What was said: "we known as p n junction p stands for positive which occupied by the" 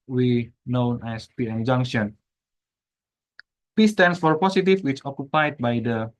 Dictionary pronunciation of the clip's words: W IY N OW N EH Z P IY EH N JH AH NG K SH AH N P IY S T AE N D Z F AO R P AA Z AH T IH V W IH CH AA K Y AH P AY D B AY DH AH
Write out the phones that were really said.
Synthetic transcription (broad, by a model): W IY N OW N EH S P IY EH N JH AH NG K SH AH N P IY S T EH N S F AO R P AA S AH T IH F W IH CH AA K Y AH P AY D B AY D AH